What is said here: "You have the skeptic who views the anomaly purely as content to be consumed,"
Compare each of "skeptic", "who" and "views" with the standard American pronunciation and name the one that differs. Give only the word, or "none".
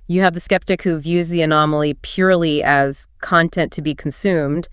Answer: none